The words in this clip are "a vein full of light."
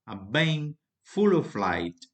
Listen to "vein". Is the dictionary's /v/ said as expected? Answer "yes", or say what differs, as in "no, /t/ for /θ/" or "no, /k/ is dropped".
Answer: no, /b/ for /v/